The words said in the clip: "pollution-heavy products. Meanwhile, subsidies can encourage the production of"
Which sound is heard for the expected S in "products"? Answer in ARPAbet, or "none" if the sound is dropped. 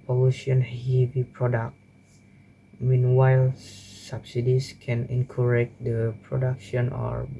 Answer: none